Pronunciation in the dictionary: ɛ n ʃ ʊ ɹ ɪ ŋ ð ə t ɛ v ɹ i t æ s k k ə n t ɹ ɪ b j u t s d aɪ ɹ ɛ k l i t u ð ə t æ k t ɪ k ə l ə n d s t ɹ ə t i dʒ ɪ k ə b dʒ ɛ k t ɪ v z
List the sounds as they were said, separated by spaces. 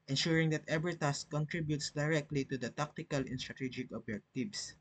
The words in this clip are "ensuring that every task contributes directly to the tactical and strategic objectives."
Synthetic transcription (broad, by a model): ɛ n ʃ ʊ ɹ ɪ ŋ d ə t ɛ b ɹ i t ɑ s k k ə n t ɹ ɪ b j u t s d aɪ ɹ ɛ k l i t u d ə t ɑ k t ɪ k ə l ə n s t ɹ ə t i dʒ ɪ k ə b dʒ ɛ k t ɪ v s